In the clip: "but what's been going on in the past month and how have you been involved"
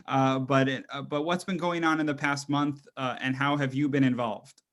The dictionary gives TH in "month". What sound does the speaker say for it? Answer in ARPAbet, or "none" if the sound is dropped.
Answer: TH